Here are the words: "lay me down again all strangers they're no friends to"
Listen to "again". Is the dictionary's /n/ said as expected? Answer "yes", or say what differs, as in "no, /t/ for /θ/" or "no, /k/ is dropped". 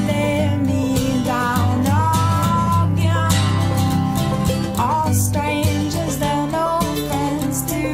no, /n/ is dropped